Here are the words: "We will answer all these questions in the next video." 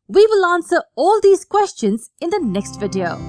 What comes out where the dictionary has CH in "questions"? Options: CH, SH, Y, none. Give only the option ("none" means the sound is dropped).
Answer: CH